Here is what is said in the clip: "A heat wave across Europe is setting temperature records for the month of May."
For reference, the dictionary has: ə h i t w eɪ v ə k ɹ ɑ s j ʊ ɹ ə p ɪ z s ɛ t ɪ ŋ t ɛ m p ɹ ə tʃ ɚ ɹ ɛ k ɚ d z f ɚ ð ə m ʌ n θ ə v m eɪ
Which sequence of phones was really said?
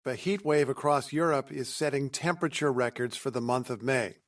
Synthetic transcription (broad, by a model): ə h i t w eɪ v ə k ɹ ɑ s j ʊ ɹ ə p ɪ z s ɛ t ɪ ŋ t ɛ m p ɹ ə tʃ ɚ ɹ ɛ k ɚ d z f ɚ ð ə m ʌ n θ ə v m eɪ